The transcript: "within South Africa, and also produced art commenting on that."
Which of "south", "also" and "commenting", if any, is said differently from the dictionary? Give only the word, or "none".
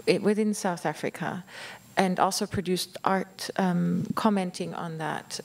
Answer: none